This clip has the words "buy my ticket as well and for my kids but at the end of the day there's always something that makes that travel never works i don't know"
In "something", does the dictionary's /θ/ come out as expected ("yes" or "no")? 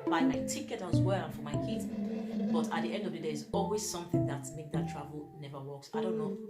yes